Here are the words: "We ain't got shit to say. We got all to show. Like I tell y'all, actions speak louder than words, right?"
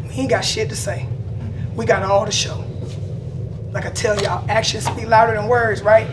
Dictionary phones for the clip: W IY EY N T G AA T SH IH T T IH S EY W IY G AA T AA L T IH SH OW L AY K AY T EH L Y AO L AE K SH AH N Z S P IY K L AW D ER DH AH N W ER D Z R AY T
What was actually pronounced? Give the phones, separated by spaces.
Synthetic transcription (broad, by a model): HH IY G AA T SH IH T T IH S EY W IY G AA T AA L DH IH SH OW L AY K AY T EH L Y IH AE K SH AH N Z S B IY L AW D ER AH N W ER D Z R AY T